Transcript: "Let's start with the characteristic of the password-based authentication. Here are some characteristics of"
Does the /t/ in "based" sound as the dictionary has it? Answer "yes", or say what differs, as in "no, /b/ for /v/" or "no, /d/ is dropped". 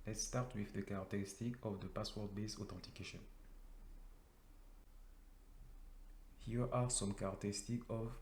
no, /t/ is dropped